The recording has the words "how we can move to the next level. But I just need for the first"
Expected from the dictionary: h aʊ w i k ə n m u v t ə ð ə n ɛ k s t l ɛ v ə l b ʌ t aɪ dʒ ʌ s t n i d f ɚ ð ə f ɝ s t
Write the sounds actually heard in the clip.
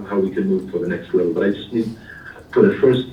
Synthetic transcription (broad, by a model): h aʊ w i k ə n m u v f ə ð ə n ɛ k s t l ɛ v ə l b ʌ t aɪ dʒ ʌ s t n i d p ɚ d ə f ɝ s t